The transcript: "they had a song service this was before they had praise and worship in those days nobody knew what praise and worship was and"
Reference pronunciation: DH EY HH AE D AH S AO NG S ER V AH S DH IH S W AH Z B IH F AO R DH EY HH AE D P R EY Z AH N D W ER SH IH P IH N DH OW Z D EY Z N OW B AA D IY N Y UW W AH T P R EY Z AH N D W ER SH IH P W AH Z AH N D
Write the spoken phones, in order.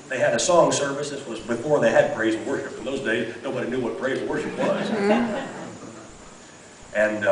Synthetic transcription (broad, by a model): DH EY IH D AH S AO NG S ER V AH S DH IH S W AH Z B IH F AO R DH EY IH D B R EY AH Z W ER SH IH P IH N DH OW Z D EY Z N OW B AA D IY N Y UW W AH T B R EY AH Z W ER SH IH P W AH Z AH N